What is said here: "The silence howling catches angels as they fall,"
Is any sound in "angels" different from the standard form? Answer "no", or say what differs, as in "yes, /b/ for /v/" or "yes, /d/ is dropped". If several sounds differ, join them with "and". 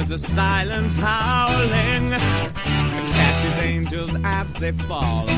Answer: no